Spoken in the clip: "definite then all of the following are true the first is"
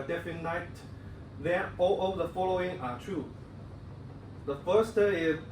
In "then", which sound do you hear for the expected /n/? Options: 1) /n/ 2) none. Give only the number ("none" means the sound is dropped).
2